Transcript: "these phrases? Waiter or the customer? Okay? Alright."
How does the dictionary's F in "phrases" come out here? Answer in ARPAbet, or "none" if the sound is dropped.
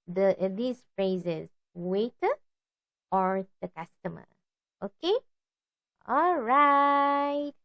F